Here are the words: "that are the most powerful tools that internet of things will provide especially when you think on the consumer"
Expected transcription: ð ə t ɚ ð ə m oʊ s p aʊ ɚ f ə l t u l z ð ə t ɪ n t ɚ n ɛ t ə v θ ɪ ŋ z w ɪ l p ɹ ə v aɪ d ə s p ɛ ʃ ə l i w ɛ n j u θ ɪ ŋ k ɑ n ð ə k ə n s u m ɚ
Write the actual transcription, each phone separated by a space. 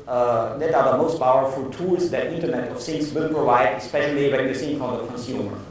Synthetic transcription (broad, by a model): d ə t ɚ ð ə m oʊ s p aʊ ɚ f ə l t u l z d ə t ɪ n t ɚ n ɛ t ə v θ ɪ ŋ s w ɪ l p ɹ ə v aɪ d ə s p ɛ ʃ ə l i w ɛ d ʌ s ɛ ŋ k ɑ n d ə k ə n s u m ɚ